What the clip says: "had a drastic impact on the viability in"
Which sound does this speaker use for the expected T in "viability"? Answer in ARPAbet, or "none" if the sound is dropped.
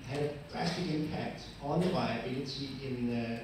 S